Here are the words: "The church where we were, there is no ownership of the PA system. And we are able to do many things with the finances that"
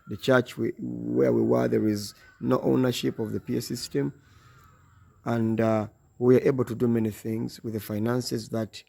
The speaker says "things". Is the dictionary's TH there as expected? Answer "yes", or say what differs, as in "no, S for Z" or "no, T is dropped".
yes